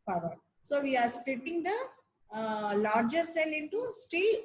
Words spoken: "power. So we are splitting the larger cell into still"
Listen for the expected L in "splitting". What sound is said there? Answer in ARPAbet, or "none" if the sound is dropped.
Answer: none